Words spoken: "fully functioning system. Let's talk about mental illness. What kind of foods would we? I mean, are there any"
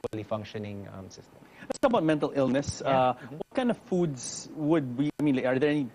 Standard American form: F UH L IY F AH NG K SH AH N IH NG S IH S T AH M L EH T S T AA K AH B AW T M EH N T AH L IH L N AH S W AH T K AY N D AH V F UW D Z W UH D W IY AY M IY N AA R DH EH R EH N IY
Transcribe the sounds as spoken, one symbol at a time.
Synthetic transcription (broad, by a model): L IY F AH NG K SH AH N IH NG S IH S T AH M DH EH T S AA AH B AW T M EH N T AH L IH L N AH S W AH T K AY N D AH V F UW D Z W UH D W IY AY M IY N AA R DH EH R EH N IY